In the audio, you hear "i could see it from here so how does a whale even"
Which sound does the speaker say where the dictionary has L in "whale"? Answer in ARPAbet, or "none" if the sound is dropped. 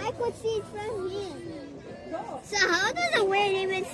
N